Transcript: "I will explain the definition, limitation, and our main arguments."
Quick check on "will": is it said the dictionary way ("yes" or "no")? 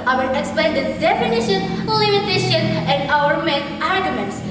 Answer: no